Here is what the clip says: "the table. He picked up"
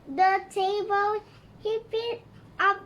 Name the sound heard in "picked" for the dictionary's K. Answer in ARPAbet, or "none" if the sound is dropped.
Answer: none